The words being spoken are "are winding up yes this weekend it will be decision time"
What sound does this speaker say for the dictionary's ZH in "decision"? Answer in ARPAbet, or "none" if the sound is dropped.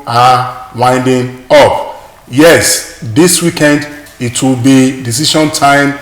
SH